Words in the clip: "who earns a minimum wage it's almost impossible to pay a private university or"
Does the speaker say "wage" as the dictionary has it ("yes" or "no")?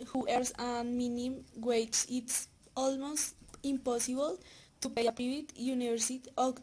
no